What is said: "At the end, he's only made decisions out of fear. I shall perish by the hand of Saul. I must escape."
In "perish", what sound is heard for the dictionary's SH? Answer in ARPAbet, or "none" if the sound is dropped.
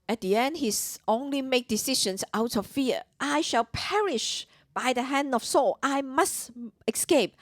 SH